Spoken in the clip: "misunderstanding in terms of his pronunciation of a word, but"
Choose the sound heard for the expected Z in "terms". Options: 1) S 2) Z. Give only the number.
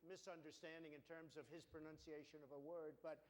2